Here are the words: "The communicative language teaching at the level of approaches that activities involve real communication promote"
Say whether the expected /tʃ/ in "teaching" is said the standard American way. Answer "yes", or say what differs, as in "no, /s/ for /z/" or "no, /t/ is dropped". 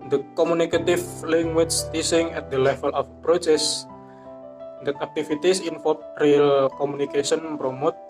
no, /s/ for /tʃ/